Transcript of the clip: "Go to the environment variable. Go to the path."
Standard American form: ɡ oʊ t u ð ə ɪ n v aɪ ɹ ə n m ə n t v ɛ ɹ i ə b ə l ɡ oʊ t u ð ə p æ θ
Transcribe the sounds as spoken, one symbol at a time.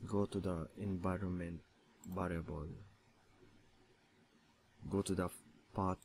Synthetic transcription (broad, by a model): ɡ oʊ t u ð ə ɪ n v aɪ ɹ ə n m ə n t b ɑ ɹ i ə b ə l ɡ oʊ t u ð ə p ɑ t